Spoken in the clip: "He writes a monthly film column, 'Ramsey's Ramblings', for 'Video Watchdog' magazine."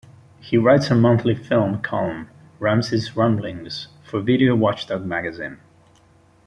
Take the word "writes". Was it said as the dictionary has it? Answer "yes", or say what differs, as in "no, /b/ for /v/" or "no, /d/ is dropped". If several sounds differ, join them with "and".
yes